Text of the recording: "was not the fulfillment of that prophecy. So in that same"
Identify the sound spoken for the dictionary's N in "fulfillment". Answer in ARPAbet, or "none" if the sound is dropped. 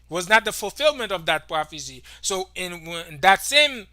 N